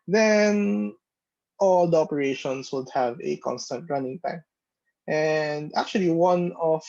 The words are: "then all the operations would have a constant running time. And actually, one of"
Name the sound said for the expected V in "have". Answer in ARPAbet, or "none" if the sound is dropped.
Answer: V